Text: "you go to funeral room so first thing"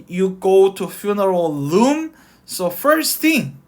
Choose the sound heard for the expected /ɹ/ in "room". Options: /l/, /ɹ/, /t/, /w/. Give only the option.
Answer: /l/